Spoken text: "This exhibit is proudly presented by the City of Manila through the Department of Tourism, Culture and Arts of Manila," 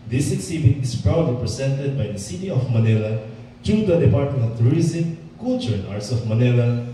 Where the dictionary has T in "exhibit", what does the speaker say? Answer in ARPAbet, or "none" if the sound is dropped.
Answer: none